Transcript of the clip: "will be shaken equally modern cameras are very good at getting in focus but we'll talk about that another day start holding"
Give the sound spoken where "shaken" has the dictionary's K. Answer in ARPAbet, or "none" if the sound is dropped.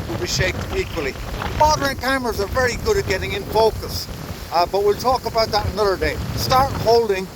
none